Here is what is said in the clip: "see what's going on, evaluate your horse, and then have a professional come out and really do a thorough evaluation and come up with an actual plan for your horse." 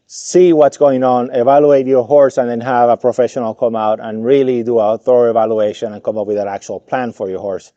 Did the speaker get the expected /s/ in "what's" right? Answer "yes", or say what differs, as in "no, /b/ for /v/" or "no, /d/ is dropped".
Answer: yes